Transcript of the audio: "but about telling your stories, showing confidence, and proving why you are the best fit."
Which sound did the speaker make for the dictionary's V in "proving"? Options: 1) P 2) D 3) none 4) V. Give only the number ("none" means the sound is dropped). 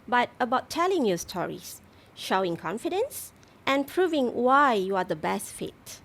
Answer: 4